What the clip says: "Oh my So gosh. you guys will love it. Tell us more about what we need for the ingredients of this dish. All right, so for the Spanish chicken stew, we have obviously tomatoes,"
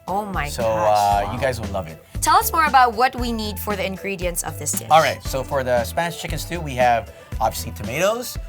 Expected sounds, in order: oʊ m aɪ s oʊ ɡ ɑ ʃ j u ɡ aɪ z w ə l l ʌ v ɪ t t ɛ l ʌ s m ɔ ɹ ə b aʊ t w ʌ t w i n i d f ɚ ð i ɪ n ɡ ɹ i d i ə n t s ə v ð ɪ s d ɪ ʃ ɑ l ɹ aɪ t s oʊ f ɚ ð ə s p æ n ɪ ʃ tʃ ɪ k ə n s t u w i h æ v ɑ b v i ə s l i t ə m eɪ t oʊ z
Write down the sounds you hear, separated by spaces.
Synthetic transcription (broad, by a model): oʊ m aɪ s oʊ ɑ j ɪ ɡ aɪ z w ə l l ʌ v ɪ t t ɛ l ʌ s m ɔ ɹ ə b aʊ t w ʌ t w i n i d f ɚ ð i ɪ n ɡ ɹ i d i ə n s ə v ð ɪ s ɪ ɑ l ɹ aɪ t s oʊ f ɚ ð ə s p æ n ɪ ʃ tʃ ɪ k ə n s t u w i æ v ɑ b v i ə s l i t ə m eɪ t oʊ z